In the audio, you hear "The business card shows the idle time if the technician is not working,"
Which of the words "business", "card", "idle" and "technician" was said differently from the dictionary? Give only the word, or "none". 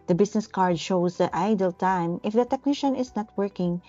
business